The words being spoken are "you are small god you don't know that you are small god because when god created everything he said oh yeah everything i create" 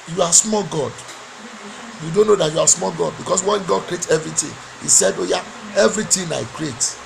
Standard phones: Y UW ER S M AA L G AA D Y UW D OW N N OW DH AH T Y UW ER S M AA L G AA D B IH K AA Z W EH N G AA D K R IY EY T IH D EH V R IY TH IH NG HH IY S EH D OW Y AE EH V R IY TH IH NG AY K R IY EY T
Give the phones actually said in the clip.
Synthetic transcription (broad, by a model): Y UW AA S M AA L G AA D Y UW D OW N N OW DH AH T Y UW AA S M AA L G AA D B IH K AA S W EH N G AA D K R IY EY T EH V R IY T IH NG HH IY S EH D OW Y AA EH V R IY T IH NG AY K R IY EY T